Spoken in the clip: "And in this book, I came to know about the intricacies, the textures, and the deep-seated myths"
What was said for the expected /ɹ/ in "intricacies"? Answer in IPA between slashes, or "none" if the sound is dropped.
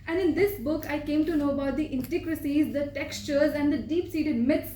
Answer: none